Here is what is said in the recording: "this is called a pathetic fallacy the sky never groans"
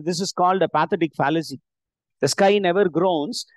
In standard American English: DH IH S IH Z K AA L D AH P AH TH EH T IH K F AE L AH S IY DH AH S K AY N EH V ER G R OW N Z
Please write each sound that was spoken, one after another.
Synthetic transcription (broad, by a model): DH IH S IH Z K AA L D AH P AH T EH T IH K F AE L AH S IY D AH S K AY N EH V ER G R OW N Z